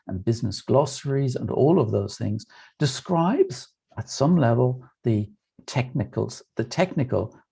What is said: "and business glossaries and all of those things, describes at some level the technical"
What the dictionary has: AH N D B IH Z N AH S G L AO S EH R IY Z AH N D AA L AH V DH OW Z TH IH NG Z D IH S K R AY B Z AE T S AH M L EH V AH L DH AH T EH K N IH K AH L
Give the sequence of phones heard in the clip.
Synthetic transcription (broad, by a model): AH N B IH Z N AH S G L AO S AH R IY Z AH N AA L AH V DH OW Z TH IH NG Z D IH S K R AY B Z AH T S AH M L EH V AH L DH AH T EH K N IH K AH L